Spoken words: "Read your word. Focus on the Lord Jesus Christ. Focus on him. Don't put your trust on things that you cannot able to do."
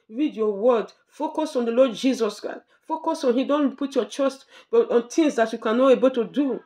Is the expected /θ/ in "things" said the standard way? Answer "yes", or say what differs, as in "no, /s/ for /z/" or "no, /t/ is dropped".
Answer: no, /t/ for /θ/